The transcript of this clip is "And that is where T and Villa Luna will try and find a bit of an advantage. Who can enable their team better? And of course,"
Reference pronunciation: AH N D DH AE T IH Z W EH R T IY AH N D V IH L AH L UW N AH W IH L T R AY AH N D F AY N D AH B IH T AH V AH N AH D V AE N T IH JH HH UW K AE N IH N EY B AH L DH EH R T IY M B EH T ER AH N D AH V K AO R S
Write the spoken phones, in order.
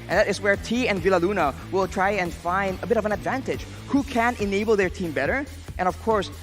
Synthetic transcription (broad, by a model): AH N DH AE T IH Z W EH R T IY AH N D V IH L AH L UW N AH W IH L T R AY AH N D F AY N D AH B IH T AH V AH N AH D V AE N T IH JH HH UW K AE N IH N EY B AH L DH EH R T IY M B EH T ER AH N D AH V K AO R S